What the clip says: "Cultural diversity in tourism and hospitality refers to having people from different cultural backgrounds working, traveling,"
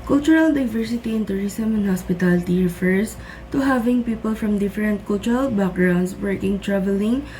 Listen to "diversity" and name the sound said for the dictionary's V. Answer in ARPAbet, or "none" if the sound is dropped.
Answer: V